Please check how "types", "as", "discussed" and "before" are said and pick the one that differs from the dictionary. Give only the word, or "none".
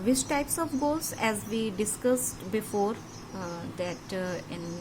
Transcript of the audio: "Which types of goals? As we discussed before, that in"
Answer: none